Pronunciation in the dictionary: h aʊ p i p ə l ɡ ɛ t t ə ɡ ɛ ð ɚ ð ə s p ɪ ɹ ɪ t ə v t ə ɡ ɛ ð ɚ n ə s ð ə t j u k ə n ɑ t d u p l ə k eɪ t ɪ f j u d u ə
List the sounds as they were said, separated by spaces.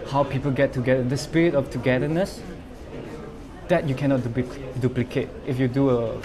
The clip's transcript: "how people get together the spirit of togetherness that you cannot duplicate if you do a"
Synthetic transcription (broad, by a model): h aʊ p i p ə l ɡ ɛ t t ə ɡ ɛ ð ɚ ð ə s p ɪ ɹ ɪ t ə f t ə ɡ ɛ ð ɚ n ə s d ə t j u k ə n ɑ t d u p l ə k eɪ t ɪ f j u d u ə